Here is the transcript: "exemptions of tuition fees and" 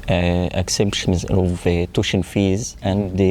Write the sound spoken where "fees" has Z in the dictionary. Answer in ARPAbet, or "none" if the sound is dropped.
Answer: Z